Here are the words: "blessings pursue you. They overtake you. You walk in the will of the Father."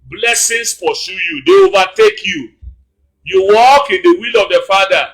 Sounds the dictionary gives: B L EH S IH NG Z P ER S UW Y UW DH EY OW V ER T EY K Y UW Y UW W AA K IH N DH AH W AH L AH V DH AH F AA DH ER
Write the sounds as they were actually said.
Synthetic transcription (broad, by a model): B L EH S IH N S P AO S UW Y UW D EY OW V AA T EY K Y UW Y UW W AA K IH N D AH W AH L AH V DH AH F AA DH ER